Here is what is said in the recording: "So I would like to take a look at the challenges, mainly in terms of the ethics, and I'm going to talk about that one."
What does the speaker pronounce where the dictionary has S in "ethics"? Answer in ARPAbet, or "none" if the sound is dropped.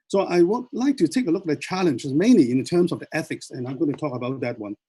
S